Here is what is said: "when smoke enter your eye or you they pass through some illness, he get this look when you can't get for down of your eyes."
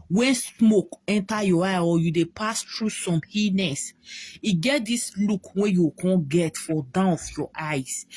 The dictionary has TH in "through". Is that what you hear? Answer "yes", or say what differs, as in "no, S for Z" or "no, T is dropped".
no, T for TH